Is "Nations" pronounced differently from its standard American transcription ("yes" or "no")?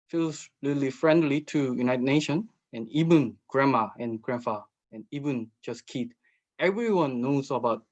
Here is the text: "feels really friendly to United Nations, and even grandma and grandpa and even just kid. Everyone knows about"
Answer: yes